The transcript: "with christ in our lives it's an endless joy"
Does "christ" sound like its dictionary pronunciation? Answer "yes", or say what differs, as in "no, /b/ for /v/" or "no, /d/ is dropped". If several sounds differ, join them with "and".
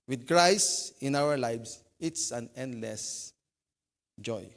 no, /t/ is dropped